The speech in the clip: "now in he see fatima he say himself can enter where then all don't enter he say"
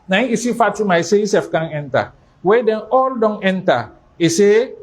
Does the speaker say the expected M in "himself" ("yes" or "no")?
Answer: no